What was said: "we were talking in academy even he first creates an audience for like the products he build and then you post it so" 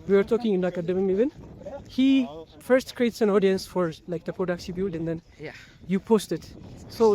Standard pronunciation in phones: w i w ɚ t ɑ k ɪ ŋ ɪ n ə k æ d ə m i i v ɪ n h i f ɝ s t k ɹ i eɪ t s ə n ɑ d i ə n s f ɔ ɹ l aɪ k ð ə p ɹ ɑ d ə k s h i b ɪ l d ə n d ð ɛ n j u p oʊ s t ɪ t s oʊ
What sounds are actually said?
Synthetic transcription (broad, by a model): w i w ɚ t ɑ k ɪ ŋ ɪ n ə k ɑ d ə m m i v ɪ n h i f ɝ s t k ɹ i eɪ t s ə n ɑ d i ə n s f ɔ ɹ l aɪ k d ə p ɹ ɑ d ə k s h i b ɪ l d ə n d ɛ n j u p oʊ s t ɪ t s oʊ